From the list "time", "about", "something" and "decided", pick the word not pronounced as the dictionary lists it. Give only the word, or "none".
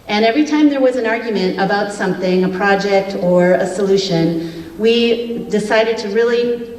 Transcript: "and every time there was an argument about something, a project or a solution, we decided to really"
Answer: none